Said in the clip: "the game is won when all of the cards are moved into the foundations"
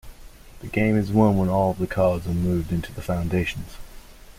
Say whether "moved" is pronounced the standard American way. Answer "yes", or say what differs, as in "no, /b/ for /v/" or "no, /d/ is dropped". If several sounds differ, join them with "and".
yes